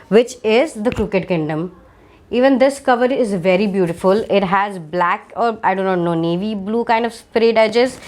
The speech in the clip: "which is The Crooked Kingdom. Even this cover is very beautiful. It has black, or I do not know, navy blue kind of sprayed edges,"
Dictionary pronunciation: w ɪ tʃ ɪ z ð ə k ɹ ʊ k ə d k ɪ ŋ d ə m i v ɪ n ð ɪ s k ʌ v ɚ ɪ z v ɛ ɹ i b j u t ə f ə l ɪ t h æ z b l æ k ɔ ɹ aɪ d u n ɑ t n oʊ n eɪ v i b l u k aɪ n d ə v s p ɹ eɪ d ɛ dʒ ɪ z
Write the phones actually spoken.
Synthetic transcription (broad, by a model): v ɪ tʃ ɪ z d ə k ɹ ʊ k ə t k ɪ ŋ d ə m i v ɪ n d ɪ s k ʌ v ɚ ɪ z v ɛ ɹ i b j u t ə f ə l ɪ t h æ z b l æ k ɔ ɹ aɪ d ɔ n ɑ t n oʊ n eɪ v i b l u k aɪ n d ə v s p ɹ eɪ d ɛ dʒ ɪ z